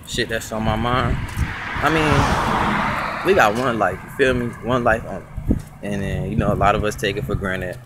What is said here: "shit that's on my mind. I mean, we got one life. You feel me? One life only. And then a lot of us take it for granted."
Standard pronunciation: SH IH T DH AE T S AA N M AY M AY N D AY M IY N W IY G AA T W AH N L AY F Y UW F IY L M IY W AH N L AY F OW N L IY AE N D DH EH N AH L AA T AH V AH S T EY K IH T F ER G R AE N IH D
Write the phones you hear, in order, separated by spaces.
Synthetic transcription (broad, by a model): SH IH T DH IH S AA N M AY M AY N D AY M IY N W IY G AA T W AH N L AY F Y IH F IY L M IY W AH N L AY F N IY N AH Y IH N AH L AA T AH V AH S T EY K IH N F ER G R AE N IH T